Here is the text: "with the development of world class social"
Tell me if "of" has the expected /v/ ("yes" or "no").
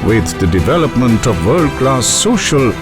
yes